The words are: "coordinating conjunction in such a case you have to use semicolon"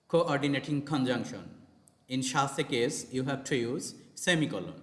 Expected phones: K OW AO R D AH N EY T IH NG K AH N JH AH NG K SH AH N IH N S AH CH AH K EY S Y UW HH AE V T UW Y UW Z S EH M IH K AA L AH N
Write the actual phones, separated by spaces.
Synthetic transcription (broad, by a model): K OW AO R D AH N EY T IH NG K AH N JH AH NG K SH AH N IH N SH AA S AH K EY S Y UW HH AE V T UW Y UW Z S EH M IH K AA L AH N